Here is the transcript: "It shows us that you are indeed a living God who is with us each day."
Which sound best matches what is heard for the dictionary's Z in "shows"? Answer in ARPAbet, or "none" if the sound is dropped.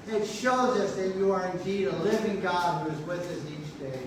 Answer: Z